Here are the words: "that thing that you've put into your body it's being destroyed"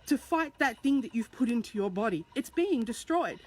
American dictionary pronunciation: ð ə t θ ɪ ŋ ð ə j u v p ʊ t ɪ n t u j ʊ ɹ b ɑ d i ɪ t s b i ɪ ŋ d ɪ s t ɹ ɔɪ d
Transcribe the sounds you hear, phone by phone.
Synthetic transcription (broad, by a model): ð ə t θ ɪ ŋ ð ə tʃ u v p ʊ t ɪ n t u j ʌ ɹ b ɑ d i ɪ t s b i ɪ ŋ d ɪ s t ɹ ɔɪ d